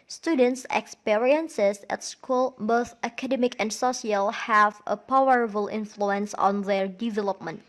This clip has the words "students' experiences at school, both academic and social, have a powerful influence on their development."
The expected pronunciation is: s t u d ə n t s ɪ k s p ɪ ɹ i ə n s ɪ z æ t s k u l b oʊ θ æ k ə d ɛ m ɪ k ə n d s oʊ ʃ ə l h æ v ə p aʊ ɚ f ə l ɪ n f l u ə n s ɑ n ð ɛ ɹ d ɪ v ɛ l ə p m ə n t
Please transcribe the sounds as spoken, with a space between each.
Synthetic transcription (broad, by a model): s t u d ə n t s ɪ k s p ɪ ɹ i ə n s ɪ s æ t s k u l b oʊ θ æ k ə d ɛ m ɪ k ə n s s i ə l h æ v ə p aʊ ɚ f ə l ɪ n f l u ə n s ɑ n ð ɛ ɹ d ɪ v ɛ l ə p m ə n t